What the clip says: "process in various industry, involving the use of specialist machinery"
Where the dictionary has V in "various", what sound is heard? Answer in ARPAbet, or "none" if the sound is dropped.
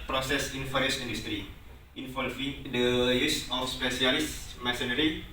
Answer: F